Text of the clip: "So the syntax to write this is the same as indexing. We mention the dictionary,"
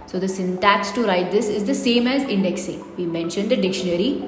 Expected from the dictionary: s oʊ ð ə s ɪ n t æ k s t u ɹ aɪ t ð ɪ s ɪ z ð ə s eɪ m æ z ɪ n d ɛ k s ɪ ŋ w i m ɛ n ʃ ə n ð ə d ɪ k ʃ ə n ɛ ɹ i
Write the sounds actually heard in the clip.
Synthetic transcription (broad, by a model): s oʊ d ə s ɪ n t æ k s t u ɹ aɪ t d ɪ s ɪ z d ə s eɪ m æ z ɪ n d ɛ k s ɪ ŋ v i m ɛ n ʃ ə n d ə d ɪ k ʃ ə n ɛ ɹ i